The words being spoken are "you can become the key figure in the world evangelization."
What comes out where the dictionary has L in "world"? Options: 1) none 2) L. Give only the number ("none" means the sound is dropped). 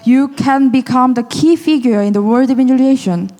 1